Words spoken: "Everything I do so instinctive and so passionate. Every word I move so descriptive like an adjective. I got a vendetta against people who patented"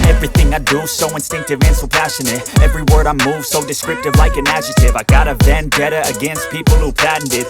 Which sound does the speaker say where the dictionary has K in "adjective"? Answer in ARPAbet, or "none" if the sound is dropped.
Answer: none